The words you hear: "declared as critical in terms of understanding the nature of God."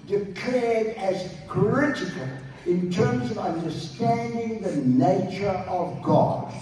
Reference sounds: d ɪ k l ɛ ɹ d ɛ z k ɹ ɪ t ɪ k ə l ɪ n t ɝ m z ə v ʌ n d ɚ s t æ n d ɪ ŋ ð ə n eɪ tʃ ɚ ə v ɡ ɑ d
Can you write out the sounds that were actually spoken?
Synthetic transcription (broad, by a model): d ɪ k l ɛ ɹ d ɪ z k ɹ ɪ t ɪ k ə l ɪ n t ɝ m z ə v ʌ n d ɚ s t æ n d ɪ ŋ ð ə n eɪ tʃ ɚ ə v ɡ ɑ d